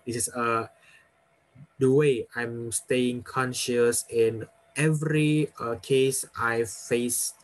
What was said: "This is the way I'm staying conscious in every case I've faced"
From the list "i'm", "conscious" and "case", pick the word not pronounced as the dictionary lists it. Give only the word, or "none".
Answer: none